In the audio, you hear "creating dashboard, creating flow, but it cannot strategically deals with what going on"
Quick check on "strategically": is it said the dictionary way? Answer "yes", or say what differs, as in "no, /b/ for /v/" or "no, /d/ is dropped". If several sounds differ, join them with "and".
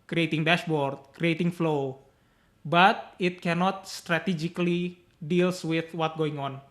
yes